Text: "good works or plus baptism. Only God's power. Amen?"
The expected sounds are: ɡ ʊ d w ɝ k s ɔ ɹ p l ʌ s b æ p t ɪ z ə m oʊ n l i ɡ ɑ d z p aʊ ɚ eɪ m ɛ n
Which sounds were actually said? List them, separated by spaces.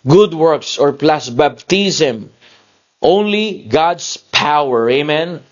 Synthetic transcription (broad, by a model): ɡ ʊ d w ɝ k s ɔ ɹ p l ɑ s b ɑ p t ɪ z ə m oʊ n l i ɡ ɑ d s p aʊ ɚ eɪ m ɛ n